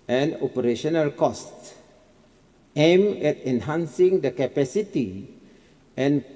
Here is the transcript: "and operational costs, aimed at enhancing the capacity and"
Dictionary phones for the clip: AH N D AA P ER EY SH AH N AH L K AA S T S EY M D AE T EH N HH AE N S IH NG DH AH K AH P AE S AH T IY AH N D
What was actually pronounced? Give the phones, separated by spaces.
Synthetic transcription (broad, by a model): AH N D AA P ER EY SH AH N AH L K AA S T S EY M EH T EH N HH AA N S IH NG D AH K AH P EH S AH T IY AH N